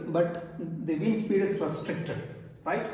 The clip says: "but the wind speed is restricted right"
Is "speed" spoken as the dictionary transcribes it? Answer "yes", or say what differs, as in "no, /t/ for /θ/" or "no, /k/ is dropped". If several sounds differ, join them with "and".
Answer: yes